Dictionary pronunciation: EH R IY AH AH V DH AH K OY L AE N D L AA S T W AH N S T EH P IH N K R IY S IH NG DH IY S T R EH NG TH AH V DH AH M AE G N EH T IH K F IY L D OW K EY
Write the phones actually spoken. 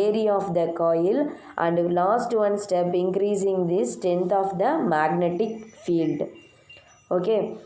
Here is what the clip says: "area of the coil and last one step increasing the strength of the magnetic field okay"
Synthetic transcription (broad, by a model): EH R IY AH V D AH K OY L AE N D L AA S T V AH N S T EH P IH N K R IY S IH NG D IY S T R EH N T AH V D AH M AE G N EH T IH K F IY L D OW K EY